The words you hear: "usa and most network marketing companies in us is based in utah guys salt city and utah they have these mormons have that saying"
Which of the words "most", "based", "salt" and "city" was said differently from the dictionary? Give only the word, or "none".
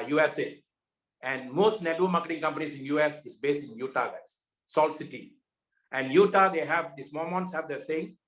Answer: none